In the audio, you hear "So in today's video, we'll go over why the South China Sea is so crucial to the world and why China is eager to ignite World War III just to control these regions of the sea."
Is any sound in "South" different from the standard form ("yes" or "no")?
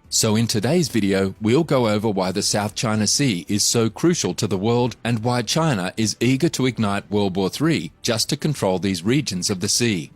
no